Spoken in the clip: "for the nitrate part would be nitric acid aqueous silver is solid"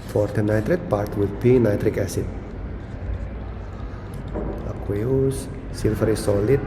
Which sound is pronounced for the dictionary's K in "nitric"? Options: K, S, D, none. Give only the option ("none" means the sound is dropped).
K